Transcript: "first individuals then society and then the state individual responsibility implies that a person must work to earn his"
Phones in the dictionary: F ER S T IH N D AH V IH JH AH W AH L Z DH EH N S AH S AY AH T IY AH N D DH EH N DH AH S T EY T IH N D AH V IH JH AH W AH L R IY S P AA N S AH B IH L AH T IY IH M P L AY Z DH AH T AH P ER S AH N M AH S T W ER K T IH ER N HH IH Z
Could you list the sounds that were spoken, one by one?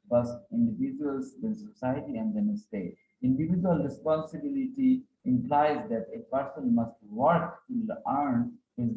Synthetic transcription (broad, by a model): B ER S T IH N D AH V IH JH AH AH L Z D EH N S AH S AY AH T IY AH N D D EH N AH S T EY T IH N D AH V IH JH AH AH L R IY S P AA N S AH B IH L AH T IY IH M P L AY Z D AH T AH P ER S AH N M AH S T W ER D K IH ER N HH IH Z